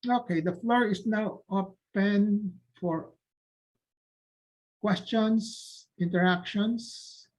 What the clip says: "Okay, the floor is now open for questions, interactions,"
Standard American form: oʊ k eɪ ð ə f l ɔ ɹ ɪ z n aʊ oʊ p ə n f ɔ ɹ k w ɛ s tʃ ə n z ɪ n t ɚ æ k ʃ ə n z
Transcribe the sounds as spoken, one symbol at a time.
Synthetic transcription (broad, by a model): oʊ k eɪ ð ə f l ɔ ɹ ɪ s n aʊ oʊ p ə n f ɔ ɹ k w ɛ s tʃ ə n s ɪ n t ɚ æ k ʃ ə n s